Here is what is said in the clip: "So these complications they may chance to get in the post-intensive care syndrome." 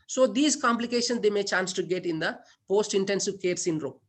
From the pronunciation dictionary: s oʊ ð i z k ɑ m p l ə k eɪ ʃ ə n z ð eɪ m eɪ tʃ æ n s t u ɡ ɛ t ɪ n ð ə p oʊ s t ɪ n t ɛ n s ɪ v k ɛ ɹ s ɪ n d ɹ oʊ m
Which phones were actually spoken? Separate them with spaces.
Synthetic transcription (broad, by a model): s oʊ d i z k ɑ m p l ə k eɪ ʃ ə n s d eɪ m eɪ tʃ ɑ n s t u ɡ ɛ t ɪ n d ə p oʊ s t ɪ n t ɛ n s ɪ v k ɛ ɹ s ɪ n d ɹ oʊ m